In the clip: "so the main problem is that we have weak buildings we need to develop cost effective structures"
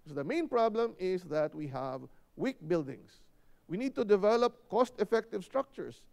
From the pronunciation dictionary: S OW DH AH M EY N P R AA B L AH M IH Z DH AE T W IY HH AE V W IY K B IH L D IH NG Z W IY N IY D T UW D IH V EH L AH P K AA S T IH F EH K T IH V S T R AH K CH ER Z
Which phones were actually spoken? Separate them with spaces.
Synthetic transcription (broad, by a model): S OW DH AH M EY N P R AA B L AH M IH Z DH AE T W IY HH AE V W IY K B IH L D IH NG S W IY N IY D T UW D IH V EH L AH P K AA S T IH F EH K T IH V S T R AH K CH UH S